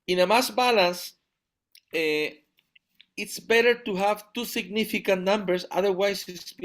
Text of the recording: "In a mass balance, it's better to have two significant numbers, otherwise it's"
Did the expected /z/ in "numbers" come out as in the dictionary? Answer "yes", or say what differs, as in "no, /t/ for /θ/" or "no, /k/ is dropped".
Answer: no, /s/ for /z/